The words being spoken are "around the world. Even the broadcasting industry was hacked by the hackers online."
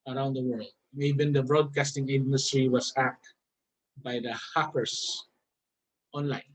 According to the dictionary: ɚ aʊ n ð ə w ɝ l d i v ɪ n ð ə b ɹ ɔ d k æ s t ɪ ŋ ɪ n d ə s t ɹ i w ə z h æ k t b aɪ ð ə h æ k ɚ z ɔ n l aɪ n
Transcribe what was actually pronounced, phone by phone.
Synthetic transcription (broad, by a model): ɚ aʊ n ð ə w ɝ l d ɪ b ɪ n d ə b ɹ ɔ d k æ s t ɪ ŋ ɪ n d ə s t ɹ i w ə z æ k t b aɪ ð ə h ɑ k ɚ s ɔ n l aɪ n